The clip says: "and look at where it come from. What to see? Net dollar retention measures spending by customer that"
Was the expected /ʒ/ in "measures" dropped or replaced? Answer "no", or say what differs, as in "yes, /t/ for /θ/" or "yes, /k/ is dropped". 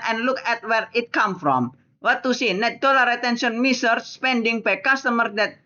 yes, /s/ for /ʒ/